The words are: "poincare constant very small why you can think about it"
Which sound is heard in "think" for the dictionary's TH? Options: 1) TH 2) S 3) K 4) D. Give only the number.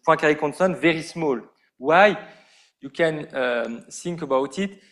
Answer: 2